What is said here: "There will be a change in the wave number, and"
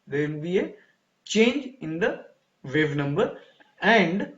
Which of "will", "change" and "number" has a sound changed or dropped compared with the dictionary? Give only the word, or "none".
will